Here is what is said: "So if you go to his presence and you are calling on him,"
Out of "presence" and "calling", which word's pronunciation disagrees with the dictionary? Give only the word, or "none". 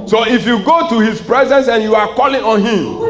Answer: none